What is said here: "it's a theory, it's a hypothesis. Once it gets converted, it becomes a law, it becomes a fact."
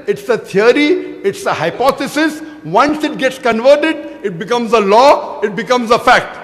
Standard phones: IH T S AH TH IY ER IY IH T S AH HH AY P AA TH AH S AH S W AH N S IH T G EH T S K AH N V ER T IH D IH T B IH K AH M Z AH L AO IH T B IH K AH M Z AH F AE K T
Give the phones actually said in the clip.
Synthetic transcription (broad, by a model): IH T S AH T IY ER IY IH T S AH HH AY P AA T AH S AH S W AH N S IH T G EH T S K AH N V ER T IH D IH T B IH K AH M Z AH L AO IH T B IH K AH M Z AH F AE K T